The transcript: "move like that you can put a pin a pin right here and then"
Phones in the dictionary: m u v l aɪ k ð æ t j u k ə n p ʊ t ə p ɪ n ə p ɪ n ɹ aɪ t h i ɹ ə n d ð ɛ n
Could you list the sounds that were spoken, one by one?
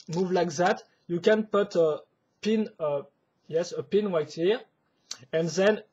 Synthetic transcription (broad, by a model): m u v l aɪ k ð æ t j u k ə n p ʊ t ə p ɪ n ə p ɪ n w aɪ t h i ɹ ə n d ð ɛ n